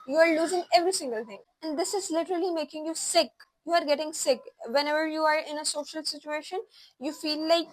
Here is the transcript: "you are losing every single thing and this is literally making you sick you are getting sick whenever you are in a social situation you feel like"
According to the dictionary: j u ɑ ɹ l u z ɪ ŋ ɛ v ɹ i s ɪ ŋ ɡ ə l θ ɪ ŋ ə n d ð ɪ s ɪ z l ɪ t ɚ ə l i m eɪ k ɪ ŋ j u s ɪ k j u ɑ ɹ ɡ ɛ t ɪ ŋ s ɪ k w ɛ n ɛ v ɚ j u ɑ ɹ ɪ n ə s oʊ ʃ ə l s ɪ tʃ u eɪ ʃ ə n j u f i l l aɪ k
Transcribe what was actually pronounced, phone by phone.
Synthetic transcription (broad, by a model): j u ɑ ɹ l u z ɪ ŋ ɛ v ɹ i s ɪ ŋ ɡ ə l t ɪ ŋ ə n d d ɪ s ɪ z l ɪ t ɚ ə l i m eɪ k ɪ ŋ j u s ɪ k j u ɑ ɹ ɡ ɛ t ɪ ŋ s ɪ k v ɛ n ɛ v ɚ j u ɑ ɹ ɪ n ə s oʊ ʃ ə l s ɪ tʃ u eɪ ʃ ə n j u f i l l aɪ k